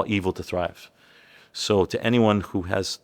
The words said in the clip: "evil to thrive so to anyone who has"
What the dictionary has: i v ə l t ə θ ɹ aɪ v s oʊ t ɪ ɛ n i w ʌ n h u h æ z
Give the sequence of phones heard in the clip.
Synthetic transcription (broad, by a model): i v l t ə θ ɹ aɪ v s oʊ t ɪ ɛ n i w ʌ n h u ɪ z